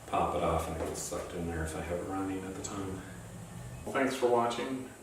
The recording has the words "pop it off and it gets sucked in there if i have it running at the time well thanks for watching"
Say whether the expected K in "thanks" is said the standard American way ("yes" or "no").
yes